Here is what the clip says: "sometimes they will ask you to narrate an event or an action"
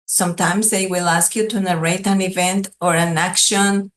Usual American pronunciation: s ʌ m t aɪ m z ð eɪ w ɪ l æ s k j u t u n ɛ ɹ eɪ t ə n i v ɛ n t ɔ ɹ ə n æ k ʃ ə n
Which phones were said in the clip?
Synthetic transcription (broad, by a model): s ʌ m t aɪ m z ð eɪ w ɪ l æ s k j u t u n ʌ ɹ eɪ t ə n i v ɛ n t ɔ ɹ ə n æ k ʃ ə n